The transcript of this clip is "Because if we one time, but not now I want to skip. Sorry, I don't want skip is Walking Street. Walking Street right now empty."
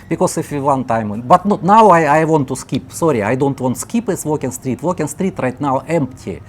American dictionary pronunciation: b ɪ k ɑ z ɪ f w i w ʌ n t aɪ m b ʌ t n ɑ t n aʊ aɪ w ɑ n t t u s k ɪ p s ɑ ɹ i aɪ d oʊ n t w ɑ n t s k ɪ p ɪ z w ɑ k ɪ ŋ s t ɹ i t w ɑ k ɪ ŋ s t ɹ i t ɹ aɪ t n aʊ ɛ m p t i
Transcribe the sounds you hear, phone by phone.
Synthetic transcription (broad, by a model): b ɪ k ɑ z ɪ f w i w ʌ n t aɪ m b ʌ t n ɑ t n aʊ aɪ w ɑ n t t u s k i p s ɑ ɹ i aɪ d oʊ n t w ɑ n t s k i p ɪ s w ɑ k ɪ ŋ s t ɹ i t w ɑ k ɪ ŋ s t ɹ i t ɹ aɪ t n aʊ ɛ m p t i